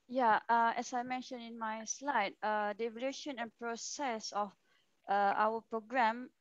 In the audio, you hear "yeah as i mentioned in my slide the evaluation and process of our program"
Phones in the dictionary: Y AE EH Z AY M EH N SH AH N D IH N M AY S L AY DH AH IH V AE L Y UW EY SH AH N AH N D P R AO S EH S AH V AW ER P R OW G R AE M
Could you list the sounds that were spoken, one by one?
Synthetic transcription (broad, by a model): Y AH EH S AY M EH N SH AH N IH N M AY S L AY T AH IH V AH L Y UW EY SH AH N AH N P R AO S EH S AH F AW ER P R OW G R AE M